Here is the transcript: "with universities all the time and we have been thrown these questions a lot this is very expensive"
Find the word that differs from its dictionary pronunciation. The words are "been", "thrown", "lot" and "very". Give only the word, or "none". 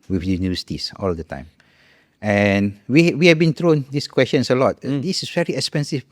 thrown